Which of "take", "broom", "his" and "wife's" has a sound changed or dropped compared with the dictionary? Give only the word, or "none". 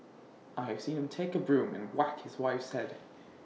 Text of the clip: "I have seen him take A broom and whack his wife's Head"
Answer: none